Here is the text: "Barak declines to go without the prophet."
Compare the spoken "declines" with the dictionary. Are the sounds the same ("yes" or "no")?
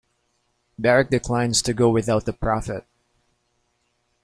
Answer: yes